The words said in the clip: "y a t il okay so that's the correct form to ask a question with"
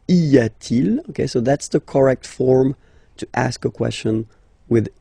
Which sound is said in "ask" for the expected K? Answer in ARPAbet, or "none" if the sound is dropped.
K